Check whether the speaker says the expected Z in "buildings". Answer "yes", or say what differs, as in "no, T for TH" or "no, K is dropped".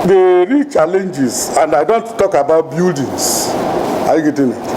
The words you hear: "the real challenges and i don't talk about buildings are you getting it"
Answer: no, S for Z